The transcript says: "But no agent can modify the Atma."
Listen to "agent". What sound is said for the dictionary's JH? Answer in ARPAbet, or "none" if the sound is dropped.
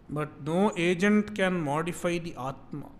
JH